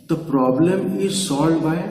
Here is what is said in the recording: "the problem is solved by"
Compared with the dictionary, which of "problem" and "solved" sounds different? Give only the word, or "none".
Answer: solved